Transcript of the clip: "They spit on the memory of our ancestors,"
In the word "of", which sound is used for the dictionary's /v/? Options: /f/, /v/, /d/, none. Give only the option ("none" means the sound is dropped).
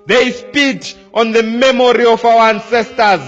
/f/